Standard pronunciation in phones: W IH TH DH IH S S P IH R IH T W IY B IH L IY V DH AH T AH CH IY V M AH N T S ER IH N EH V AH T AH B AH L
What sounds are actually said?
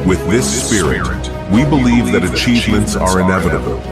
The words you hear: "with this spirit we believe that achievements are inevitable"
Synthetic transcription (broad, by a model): W IH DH IH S S P IH R IH T W IY B IH L IY V DH AH T AH CH IY V M AH N T S ER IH N EH V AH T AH B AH L